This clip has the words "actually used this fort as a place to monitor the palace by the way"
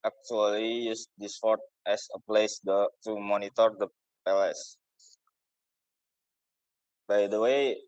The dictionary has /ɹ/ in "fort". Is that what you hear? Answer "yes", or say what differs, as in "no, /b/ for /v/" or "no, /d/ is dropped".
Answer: yes